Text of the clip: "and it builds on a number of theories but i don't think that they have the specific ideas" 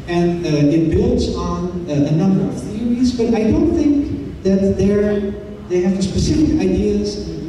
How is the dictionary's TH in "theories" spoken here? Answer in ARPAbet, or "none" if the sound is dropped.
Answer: TH